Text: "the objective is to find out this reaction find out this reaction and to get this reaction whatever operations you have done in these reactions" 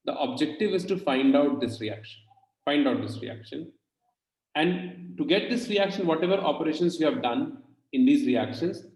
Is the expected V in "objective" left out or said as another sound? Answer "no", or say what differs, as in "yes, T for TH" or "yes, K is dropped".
no